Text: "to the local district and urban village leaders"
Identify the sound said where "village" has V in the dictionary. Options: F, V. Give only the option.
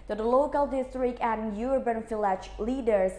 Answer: F